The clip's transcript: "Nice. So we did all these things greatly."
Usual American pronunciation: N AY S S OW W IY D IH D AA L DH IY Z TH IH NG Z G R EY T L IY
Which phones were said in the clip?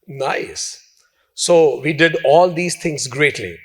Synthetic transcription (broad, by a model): N AY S S OW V IY D IH D AA L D IY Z T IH NG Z G R EY T L IY